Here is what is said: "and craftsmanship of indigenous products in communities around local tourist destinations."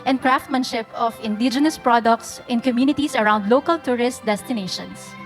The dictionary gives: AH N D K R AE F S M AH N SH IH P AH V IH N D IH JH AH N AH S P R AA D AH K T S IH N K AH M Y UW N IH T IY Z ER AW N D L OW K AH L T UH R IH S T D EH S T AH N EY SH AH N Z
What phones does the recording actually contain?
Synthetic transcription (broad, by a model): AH N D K R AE F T M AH N SH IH P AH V IH N D IH JH AH N AH S P R AA D AH K T S IH N K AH M Y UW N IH T IY S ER AW N D L OW K AH L T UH R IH S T D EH S T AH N EY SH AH N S